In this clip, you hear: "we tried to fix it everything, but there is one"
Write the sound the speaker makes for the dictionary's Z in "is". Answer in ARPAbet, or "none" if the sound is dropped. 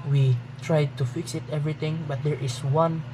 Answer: S